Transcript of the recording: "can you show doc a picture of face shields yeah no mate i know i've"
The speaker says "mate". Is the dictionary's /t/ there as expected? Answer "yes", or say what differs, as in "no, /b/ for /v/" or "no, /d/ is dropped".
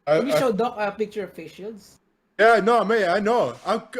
no, /t/ is dropped